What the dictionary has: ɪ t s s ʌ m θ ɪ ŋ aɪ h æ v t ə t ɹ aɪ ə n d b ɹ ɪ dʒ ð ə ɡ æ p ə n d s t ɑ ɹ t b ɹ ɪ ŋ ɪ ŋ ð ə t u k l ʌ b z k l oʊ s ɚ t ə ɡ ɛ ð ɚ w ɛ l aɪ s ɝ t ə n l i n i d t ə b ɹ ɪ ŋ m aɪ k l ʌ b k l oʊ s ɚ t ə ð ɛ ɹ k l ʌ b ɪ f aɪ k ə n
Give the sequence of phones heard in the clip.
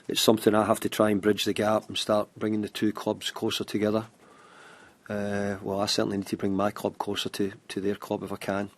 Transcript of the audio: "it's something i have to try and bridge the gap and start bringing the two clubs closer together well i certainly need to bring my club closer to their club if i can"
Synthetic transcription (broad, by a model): ɪ t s s ʌ m θ ɪ ŋ aɪ h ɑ f t ə t ɹ aɪ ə n b ɹ ɪ dʒ ð ə ɡ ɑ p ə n s t ɑ ɹ t b ɹ ɪ ŋ ɪ ŋ ð ə t u k l ʌ b z k l oʊ s ɚ t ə ɡ ɛ ð ɚ w ɛ l aɪ s ɝ t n i n i d t ə b ɹ ɪ ŋ m aɪ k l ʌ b k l oʊ s ɚ t ə ð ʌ ɹ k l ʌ b ɪ f aɪ k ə n